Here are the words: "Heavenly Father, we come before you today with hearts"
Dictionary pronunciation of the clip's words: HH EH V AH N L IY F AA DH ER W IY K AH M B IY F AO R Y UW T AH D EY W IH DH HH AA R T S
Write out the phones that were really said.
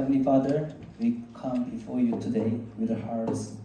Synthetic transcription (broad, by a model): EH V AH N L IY F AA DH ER W IY K AH M B IY F AO R Y UW T AH D EY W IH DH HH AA R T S